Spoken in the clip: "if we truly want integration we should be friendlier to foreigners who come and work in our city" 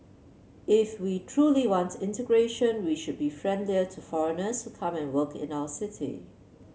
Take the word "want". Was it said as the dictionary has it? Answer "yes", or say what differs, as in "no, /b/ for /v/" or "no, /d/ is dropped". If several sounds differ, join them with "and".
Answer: yes